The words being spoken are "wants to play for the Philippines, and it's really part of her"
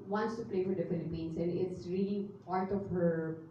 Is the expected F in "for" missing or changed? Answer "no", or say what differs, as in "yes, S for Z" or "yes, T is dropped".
no